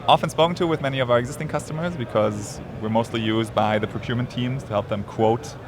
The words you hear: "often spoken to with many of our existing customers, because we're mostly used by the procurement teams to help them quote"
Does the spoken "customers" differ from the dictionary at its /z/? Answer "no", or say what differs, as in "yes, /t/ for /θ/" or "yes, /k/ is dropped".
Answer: no